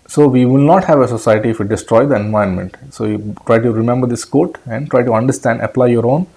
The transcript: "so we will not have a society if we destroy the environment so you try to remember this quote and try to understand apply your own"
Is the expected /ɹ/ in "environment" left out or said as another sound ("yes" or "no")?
yes